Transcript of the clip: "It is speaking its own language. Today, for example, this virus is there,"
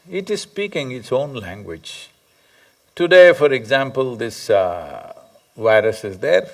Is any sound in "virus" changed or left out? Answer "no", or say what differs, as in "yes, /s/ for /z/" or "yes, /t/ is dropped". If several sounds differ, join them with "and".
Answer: no